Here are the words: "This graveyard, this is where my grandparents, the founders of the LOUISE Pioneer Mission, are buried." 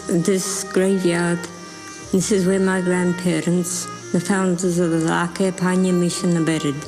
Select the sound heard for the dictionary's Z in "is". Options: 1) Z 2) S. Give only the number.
1